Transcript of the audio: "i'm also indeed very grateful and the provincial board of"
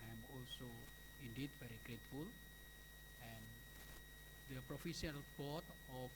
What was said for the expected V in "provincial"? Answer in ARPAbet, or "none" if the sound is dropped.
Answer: F